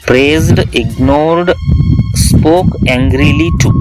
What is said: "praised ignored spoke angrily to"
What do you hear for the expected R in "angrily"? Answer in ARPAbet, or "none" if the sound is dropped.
R